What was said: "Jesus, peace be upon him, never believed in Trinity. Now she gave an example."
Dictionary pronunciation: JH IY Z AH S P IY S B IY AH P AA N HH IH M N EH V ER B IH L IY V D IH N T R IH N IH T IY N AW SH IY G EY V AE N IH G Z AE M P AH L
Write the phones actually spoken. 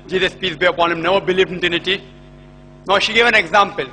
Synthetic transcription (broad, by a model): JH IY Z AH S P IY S B IY AH P AA N HH IH M N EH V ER B IH L IY V D IH N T IH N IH T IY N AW SH IY G EY V AE N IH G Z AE M P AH L